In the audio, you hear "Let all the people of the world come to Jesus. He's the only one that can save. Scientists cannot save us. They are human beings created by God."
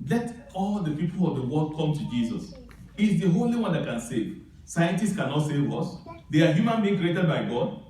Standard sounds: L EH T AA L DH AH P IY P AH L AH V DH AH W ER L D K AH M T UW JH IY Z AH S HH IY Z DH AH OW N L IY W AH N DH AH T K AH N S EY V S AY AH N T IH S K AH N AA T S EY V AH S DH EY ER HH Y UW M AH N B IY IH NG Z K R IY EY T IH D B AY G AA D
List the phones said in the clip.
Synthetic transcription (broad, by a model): L EH T AA L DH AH P IY P AH L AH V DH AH W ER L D K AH M T UW JH IY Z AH S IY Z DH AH OW L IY W AH N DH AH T K AH N S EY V S AY AH N T IH S K AH N AA T S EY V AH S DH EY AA HH Y UW M AH N B IY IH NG K R IY EY T IH D B AY G AA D